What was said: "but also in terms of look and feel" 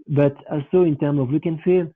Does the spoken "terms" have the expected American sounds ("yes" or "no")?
no